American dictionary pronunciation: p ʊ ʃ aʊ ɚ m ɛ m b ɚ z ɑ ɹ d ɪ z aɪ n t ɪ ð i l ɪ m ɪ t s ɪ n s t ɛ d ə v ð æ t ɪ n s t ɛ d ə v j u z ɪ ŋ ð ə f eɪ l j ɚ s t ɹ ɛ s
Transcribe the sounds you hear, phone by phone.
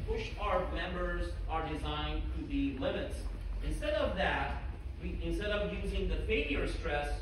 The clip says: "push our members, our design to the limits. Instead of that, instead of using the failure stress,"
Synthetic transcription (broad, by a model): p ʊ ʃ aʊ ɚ m ɛ m b ɚ z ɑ ɹ d ɪ z aɪ n t ɪ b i l ɪ m ɪ t s ɪ n s t ɛ d ə v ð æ t ɪ n s t ɛ d ə v j u z ɪ ŋ ð ə f eɪ l j ɚ s t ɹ ɛ s